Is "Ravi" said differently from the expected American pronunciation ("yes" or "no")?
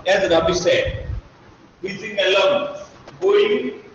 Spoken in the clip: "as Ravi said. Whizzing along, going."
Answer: yes